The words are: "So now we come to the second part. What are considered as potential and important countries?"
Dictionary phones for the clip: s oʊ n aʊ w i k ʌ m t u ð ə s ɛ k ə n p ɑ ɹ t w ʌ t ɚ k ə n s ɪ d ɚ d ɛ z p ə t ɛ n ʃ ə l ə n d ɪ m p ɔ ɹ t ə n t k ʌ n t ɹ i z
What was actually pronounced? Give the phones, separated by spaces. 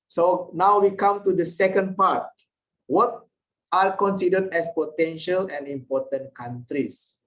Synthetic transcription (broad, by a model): s oʊ n aʊ w i k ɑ m t u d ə s ɛ k ə n p ɑ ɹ t w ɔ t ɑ k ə n s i d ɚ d ɛ s p ə t ɛ n ʃ ə l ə n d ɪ m p ɔ t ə n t k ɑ n t ɹ i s